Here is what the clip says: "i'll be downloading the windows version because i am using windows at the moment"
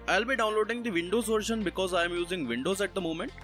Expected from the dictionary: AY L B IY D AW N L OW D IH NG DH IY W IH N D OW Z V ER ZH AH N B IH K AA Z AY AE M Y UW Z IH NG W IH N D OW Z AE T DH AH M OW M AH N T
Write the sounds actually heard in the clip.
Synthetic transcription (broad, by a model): AY L B IY D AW N L OW D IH NG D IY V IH N D OW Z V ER SH AH N B IH K AA Z AY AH M Y UW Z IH NG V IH N D OW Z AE T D AH M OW M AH N T